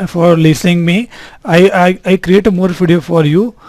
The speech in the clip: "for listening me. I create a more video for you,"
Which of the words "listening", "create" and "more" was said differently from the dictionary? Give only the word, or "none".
listening